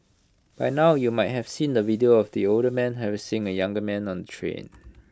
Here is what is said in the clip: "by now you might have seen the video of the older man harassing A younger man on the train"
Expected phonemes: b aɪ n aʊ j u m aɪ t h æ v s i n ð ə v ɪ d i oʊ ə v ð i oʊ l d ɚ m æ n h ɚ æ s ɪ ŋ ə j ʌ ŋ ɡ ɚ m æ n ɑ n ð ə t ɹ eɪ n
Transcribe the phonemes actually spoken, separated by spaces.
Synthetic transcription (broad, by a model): b aɪ n aʊ j u m aɪ t h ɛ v s i n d ə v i d i oʊ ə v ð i oʊ l d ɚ m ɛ n h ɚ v s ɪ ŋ ə j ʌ ŋ ɡ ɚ m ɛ n ɑ n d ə t ɹ eɪ n